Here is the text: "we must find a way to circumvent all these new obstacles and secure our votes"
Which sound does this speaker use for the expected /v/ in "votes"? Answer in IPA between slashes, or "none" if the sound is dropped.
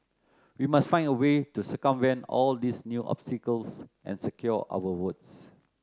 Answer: /w/